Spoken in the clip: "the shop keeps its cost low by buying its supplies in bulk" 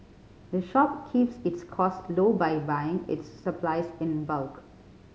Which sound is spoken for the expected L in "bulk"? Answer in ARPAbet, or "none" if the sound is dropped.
L